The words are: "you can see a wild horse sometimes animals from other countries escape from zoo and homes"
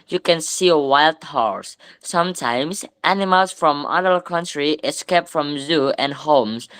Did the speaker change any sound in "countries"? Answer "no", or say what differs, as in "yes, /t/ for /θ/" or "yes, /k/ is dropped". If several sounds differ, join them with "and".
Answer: yes, /z/ is dropped